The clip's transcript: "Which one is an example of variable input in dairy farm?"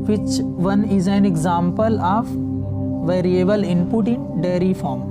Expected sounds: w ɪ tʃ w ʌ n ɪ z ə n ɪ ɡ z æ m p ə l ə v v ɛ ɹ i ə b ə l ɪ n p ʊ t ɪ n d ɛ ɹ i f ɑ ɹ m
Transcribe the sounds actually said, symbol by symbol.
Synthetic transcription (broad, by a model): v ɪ tʃ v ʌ n ɪ z ə n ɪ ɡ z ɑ m p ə l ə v v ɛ ɹ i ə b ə l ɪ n p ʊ t ɪ n d ɛ ɹ i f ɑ ɹ m